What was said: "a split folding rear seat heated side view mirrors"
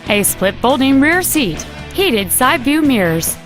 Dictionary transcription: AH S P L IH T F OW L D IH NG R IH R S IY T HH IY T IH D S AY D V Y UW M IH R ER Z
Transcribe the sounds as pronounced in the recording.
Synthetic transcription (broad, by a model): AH S P L IH T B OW L D IH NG R IH R S IY T HH IY T IH D S AY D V Y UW M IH R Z